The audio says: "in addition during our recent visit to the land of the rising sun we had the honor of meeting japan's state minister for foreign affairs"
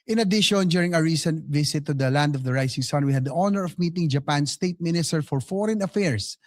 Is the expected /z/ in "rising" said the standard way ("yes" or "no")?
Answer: no